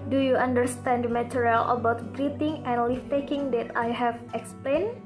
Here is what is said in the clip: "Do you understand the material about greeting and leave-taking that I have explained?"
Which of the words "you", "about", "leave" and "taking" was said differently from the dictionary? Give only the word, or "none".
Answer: leave